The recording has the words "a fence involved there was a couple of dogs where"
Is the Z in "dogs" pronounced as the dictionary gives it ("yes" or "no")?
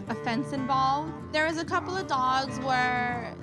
yes